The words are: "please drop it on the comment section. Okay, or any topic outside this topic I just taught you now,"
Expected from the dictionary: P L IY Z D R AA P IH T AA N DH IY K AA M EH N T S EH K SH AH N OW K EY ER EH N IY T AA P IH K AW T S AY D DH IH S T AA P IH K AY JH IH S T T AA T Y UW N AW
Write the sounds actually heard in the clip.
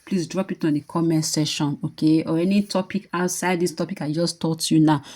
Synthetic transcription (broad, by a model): P L IY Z D R AA P IH T AA N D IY K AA M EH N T S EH SH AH N OW K EY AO EH N IY T AA P IH K AW T S AY D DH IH S T AA P IH K AY JH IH S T T AA T Y UW N AW